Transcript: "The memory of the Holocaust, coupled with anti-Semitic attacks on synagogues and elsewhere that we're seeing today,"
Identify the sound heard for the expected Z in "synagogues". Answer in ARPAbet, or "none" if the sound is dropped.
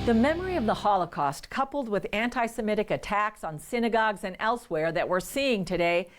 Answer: Z